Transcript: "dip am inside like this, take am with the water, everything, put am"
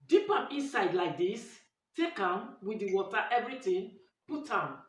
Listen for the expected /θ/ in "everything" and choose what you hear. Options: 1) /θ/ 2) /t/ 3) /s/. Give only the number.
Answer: 2